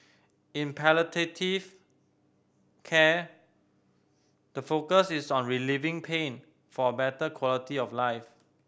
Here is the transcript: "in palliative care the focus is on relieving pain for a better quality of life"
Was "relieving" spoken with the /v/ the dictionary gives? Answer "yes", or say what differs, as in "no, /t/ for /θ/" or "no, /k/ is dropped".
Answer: yes